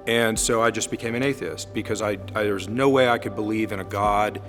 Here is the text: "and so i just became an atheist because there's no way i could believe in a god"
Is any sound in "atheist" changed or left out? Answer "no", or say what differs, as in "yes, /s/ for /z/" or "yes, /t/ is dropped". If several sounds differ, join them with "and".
no